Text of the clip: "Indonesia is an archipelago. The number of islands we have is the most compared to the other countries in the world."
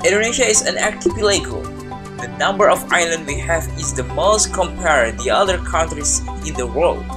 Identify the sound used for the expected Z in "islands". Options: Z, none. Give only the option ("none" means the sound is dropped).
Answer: none